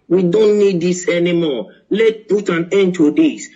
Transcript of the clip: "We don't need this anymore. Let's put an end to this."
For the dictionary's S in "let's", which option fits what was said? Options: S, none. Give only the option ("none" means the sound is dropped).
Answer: none